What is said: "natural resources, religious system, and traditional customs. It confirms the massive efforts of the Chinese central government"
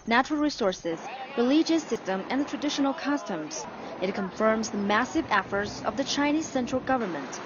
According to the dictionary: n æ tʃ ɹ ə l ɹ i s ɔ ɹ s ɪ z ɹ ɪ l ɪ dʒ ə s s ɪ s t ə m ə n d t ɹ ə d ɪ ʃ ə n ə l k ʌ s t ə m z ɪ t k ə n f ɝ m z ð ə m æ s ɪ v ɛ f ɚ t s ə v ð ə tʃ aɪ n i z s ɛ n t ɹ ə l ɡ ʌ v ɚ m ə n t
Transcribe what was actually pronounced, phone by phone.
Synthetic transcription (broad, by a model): n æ tʃ ɹ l ɹ i s ɔ ɹ s ɪ z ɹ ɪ l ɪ dʒ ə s s ɪ s t ə m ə n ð t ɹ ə d ɪ ʃ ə n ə l k ʌ s t ə m z ɪ t k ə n f ɝ m z ð ə m æ s ɪ v ɛ f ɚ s ə v ð ə tʃ aɪ n i z s ɛ n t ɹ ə l ɡ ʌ v ɚ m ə n t